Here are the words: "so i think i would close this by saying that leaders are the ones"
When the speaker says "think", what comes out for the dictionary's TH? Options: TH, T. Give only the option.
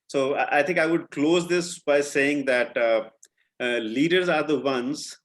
T